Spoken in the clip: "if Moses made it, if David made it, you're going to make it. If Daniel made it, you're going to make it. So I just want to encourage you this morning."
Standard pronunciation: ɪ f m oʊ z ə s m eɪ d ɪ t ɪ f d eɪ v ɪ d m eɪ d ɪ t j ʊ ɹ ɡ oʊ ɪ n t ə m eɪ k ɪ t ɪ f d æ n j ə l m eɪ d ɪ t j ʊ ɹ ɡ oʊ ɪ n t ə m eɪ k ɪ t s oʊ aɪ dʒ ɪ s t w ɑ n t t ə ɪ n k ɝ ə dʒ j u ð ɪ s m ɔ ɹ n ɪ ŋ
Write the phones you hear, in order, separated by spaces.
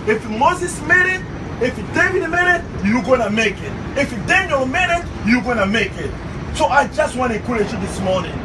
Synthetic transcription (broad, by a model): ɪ f m oʊ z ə s m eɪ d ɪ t ɪ f d eɪ v ɪ d m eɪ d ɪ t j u ɡ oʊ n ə m eɪ k ɪ t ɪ f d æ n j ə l m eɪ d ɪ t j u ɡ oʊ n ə m eɪ k ɪ t s oʊ aɪ dʒ ɪ s t w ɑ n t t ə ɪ k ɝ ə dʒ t ð ɪ s m ɔ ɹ n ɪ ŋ